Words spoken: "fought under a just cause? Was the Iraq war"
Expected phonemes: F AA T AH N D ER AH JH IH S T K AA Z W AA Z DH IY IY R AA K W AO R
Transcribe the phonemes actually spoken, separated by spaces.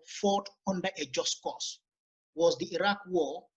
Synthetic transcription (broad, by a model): F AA T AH N D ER AH JH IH S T K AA S W AA Z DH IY IY R AA K W AO